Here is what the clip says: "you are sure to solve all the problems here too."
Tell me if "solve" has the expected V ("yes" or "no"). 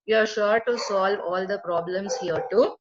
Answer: yes